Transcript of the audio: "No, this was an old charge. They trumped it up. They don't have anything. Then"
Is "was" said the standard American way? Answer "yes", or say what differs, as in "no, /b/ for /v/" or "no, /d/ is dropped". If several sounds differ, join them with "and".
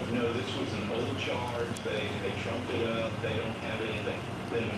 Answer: yes